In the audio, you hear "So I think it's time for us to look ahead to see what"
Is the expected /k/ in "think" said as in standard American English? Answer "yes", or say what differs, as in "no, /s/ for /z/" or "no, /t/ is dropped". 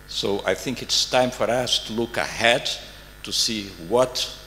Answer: yes